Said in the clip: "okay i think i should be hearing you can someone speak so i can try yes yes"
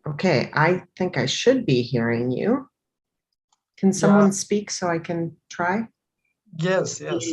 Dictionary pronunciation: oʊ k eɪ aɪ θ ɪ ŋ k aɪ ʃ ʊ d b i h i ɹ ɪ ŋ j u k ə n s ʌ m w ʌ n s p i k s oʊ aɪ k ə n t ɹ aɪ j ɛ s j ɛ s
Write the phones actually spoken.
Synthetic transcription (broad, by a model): oʊ k eɪ aɪ θ ɪ ŋ k aɪ ʃ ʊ d b i h i ɹ ɪ ŋ j u k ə n s ʌ m w ʌ n s p i k s oʊ aɪ k ə n t ɹ aɪ j ɛ s j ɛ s